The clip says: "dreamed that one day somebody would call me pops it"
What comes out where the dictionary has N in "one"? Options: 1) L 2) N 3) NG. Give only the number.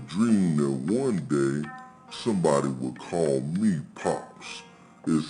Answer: 2